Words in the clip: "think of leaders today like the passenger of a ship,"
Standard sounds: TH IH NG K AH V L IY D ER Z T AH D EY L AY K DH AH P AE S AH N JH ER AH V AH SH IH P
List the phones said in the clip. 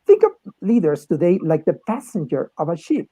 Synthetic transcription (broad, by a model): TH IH NG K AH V L IY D ER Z T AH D EY L AY K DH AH P AE S AH N JH ER AH V AH SH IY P